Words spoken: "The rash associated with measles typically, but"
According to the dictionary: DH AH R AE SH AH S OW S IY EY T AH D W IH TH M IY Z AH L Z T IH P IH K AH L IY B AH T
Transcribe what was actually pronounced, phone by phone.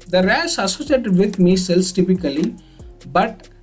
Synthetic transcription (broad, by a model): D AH R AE S AH S OW S IY EY T AH D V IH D M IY S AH L S T IH P IH K AH L IY B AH T